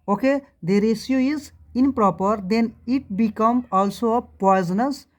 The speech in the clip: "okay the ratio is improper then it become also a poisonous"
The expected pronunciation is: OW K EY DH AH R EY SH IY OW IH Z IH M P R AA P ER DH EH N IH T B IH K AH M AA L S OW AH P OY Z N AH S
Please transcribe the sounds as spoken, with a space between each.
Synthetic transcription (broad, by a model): OW K EY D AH R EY S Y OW IH Z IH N P R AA P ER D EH N IH T B IH K AH M AA L S OW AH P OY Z N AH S